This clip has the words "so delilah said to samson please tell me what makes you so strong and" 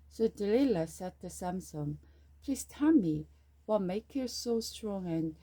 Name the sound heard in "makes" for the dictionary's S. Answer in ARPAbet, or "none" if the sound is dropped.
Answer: none